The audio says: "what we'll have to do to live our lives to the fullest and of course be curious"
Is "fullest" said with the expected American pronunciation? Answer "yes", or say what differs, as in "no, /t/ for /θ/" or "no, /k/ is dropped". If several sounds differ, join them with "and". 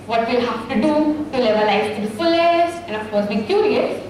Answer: no, /t/ is dropped